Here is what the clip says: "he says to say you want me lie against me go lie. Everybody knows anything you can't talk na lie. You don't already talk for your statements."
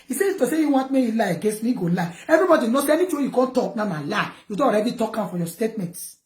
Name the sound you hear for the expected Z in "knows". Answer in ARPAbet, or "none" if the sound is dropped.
S